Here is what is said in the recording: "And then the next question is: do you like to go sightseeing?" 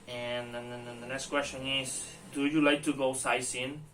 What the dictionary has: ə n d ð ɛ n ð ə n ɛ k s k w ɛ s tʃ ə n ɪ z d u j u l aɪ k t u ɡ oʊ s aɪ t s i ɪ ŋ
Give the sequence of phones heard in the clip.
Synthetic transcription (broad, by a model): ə n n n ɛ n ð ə n ɛ k s k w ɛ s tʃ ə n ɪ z d u j u l aɪ k t u ɡ oʊ s aɪ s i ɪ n